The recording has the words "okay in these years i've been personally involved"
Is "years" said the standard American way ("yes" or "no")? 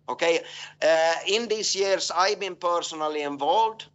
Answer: no